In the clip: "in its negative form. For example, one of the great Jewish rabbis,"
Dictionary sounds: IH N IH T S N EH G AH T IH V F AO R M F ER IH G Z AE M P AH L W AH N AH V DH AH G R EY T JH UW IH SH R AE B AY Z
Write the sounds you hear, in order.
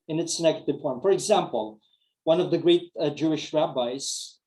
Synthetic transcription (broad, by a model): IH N IH T S N EH G AH T IH V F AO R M F ER IH G Z AE M P AH L W AH N AH V DH AH G R EY T JH UW IH SH R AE B AY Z